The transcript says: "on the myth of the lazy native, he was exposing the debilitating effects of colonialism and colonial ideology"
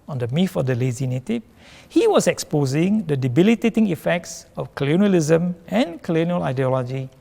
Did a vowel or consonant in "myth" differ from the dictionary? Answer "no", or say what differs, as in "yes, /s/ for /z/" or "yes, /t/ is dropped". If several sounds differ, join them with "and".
yes, /f/ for /θ/